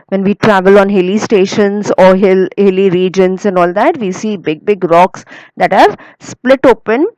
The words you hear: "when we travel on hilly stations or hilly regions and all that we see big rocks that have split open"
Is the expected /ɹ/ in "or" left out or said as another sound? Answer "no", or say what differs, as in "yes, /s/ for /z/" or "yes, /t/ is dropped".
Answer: yes, /l/ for /ɹ/